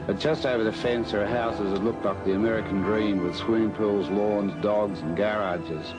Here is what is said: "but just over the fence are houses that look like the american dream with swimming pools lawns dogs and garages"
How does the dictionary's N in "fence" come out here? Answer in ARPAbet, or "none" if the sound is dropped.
N